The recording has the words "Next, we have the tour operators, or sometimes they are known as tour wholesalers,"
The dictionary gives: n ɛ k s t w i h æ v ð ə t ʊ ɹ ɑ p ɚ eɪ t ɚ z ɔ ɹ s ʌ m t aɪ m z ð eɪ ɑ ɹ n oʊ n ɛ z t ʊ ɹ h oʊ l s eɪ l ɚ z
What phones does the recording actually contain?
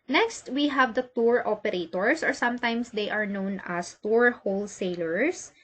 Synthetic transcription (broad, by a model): n ɛ k s t w i h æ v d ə t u ɹ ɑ p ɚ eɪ t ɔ s ɔ ɹ s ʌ m t aɪ m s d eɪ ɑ ɹ n oʊ n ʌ s t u ɹ h oʊ l s eɪ l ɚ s